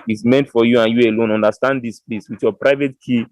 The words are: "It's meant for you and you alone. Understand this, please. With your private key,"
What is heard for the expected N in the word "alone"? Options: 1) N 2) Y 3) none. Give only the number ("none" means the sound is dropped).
1